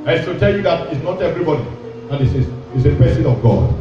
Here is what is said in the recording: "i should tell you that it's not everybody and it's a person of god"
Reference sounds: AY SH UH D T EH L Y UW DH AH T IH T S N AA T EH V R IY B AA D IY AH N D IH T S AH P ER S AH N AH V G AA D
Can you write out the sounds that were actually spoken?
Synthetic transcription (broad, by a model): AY S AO T EH L Y UW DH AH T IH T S N AA T EH V R IY B AA D IY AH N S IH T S AH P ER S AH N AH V G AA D